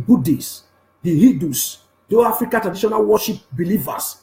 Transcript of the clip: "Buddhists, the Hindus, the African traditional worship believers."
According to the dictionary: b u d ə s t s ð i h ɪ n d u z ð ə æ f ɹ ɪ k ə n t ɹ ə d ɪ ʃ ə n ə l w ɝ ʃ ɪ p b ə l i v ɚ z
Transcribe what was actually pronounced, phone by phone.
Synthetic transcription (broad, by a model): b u d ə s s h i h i d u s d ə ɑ f ɹ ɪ k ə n t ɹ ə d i ʃ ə n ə l w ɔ ʃ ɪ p b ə l i v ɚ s